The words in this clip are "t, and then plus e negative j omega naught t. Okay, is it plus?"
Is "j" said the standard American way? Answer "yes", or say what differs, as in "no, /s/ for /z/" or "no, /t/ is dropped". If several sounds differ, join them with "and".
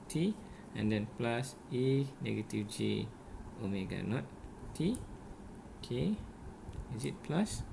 yes